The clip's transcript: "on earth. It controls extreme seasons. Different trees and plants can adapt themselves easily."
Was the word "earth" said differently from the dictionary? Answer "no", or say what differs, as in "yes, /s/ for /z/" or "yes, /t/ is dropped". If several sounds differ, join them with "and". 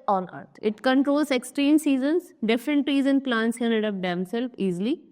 yes, /t/ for /θ/